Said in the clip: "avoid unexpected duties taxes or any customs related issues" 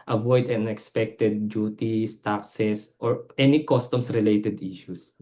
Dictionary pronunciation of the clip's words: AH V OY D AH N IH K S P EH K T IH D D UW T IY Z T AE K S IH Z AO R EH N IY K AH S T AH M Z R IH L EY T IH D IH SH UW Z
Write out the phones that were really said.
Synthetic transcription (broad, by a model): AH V OY D AH N IH K S P EH K T IH D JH UW T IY S T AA K S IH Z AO R EH N IY K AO S T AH M S R IH L EY T IH D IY SH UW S